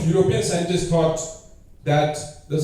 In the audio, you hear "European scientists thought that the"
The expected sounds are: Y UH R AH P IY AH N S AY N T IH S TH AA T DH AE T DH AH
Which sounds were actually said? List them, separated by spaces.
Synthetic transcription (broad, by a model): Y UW R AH P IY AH N S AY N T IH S T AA T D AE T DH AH